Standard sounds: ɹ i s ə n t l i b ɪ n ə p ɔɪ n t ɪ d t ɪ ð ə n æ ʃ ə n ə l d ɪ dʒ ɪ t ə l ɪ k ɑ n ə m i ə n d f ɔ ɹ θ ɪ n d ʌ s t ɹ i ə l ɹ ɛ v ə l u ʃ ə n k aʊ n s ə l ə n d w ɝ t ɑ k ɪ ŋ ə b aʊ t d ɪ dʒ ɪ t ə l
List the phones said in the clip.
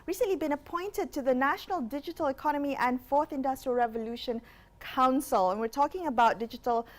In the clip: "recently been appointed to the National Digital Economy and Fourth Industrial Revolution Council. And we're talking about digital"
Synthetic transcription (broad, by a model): ɹ i s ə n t l i b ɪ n ə p ɔɪ n t ɪ d t ɪ ð ə n æ ʃ ə n ə l d ɪ dʒ ɪ t ə l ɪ k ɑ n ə m i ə n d f ɔ ɹ θ ɪ n d ʌ s t ɹ i ə l ɹ ɛ v ə l u ʃ ə n k aʊ n s ə l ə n w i t ɑ k ɪ ŋ ə b aʊ t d ɪ dʒ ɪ t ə l